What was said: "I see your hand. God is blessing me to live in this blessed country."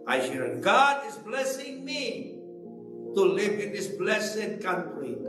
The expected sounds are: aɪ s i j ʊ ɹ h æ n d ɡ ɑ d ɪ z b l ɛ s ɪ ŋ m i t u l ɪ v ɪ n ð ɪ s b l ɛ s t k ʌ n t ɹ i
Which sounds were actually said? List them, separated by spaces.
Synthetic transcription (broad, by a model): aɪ ʃ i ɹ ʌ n ɡ ɑ d ɪ z b l ɛ s ɪ ŋ m i t u l ɪ v ɪ n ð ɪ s b l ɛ s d k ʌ n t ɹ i